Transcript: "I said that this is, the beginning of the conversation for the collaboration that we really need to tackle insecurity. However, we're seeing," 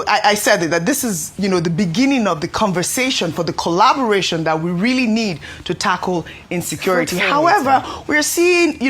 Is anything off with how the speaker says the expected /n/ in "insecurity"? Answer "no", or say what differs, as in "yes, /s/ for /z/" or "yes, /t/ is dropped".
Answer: no